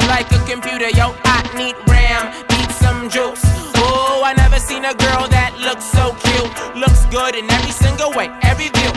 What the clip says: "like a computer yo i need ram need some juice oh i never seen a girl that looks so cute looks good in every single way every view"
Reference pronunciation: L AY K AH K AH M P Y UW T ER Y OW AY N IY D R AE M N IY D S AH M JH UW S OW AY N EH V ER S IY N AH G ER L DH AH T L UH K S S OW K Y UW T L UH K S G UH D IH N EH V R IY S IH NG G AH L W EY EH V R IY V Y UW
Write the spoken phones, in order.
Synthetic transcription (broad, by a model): L AY K AH K AH M P Y UW T ER Y OW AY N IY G R AE M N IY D S AH M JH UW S OW AY N EH V ER S IY N AH G ER L DH AH T L UH K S S OW K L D L UH K S G UH D IH N EH V R IY S IH NG G L W EY EH V R IY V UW